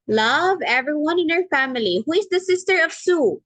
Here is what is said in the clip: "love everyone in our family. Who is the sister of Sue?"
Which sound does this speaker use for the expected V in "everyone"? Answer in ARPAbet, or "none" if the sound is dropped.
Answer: V